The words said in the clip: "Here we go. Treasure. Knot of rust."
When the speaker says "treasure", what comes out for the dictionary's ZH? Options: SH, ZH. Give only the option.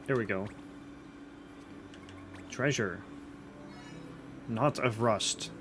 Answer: ZH